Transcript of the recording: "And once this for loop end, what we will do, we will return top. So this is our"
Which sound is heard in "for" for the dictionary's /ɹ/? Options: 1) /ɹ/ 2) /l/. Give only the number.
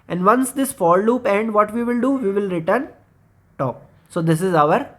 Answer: 2